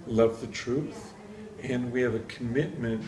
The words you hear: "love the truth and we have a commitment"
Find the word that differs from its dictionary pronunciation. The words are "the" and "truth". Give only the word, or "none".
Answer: none